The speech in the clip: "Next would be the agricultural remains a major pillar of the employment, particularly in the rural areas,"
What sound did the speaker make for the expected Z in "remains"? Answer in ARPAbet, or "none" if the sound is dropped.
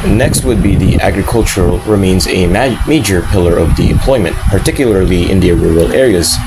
Z